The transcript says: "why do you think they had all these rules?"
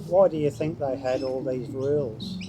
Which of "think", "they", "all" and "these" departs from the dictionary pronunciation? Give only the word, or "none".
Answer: none